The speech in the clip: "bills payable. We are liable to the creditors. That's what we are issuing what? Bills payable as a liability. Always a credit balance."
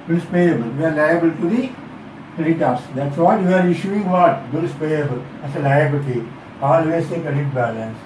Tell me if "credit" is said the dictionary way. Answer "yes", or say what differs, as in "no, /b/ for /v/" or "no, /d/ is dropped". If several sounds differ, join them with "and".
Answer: no, /ɹ/ is dropped